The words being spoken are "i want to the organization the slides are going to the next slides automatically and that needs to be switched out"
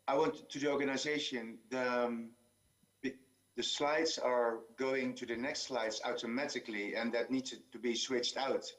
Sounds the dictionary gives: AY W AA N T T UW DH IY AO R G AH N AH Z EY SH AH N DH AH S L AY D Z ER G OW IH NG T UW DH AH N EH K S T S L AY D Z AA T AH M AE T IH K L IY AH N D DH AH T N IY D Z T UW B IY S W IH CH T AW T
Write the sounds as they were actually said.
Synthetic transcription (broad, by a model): AY W AA N T T UW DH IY AO R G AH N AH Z EY SH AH N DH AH S L AY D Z ER G OW IH NG T UW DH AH N EH K S T S L AY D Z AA T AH M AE T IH K L IY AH N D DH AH T N IY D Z T UW B IY S W IH CH T AW T